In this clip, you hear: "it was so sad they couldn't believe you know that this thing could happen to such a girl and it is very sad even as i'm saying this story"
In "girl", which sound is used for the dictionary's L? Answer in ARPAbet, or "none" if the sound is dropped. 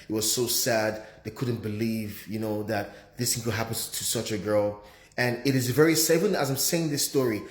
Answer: L